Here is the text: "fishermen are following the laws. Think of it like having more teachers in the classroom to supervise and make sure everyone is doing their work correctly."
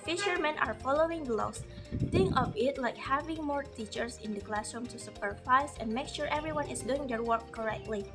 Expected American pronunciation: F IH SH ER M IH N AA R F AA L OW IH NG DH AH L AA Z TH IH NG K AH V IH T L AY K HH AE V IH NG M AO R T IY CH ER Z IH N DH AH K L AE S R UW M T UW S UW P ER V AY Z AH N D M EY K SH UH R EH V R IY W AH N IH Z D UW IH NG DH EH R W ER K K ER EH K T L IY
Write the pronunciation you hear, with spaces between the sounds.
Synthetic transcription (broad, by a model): F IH SH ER M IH N AA R F AA L OW IH NG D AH L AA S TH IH NG K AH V IH T L AY K HH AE V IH NG M AO R T IY CH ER S IH N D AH K L AE S R UW M T UW S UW P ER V AY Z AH N M EY K SH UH R EH V R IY W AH N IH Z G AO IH NG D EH R W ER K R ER EH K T L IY